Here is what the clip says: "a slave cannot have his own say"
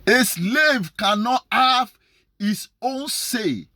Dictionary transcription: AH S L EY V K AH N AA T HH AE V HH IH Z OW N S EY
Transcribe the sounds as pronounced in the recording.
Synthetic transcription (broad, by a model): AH S L EY V K AH N AA T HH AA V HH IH S OW N S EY